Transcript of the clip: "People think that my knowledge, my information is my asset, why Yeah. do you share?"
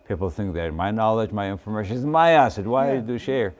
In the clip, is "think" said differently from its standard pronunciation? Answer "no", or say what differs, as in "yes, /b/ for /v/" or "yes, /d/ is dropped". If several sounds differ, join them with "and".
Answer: no